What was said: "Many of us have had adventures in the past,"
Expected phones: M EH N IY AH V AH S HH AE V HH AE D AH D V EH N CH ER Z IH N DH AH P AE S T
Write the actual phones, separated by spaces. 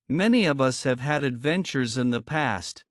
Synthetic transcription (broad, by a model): M EH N IY AH V AH S HH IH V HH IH D AH D V EH N CH ER Z IH N DH AH P AE S T